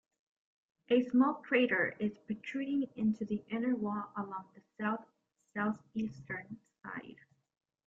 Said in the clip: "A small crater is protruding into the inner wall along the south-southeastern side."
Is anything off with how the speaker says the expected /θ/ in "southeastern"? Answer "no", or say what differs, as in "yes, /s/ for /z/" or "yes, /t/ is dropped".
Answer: no